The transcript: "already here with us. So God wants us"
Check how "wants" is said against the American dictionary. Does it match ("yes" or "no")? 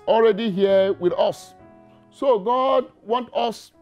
no